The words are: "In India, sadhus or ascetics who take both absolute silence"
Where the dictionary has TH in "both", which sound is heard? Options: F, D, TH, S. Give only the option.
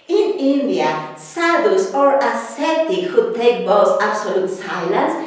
S